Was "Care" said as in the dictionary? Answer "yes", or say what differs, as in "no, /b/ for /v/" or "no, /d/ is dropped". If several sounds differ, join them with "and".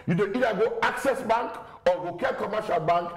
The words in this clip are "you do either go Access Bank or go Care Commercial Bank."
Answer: no, /l/ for /ɹ/